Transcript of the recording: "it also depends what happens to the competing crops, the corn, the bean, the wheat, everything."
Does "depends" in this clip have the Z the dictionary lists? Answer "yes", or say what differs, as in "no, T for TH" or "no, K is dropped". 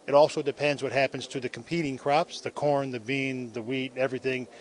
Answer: yes